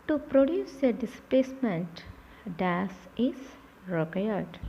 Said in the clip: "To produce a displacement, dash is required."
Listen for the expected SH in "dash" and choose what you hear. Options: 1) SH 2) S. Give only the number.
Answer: 2